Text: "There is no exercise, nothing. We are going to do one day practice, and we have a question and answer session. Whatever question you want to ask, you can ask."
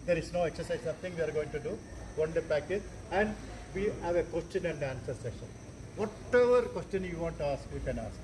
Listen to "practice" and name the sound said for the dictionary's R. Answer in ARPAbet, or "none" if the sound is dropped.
none